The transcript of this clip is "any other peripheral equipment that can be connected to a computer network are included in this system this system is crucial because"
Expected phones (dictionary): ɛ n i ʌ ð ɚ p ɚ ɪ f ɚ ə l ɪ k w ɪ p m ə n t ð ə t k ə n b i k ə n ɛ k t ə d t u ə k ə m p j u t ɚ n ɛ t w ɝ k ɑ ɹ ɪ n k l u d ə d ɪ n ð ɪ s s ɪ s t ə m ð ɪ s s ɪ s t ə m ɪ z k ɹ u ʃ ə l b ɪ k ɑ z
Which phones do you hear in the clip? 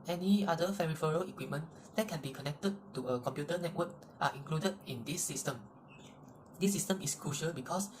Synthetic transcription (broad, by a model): ɛ n i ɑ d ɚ f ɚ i f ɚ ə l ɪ k w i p m ə n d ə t k ə n b i k ə n ɛ k t ə d t u ə k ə m p j u t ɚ n ɛ t w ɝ k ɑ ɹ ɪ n k l u d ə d ɪ n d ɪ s s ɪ s t ə m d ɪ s s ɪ s t ə m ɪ s k ɹ u ʃ ə l b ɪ k ɑ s